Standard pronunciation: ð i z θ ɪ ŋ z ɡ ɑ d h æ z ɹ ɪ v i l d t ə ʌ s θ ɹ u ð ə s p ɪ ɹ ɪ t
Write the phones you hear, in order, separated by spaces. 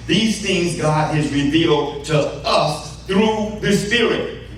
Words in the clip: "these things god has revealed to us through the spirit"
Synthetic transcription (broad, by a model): ð i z θ ɪ ŋ z ɡ ɑ d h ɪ z ɹ ɪ v i l d t ə ʌ s θ ɹ u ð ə s p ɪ ɹ ɪ t